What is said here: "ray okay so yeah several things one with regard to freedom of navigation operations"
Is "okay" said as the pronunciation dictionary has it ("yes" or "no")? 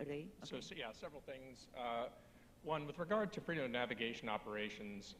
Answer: no